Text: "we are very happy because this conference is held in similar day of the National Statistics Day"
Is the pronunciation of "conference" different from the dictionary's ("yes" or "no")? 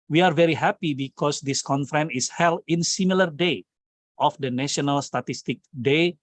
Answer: yes